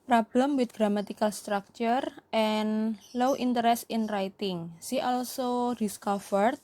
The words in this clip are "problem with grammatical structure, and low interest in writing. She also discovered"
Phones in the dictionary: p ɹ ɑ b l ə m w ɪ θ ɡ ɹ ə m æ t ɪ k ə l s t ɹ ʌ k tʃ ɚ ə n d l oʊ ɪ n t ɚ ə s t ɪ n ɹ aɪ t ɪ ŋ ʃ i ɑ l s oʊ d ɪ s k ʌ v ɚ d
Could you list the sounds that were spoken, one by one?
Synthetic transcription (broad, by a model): p ɹ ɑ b l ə m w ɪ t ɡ ɹ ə m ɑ t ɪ k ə l s t ɹ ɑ k tʃ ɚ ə n l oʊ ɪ n t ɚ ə s ɪ n ɹ aɪ t ɪ ŋ s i ɑ l s oʊ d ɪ s k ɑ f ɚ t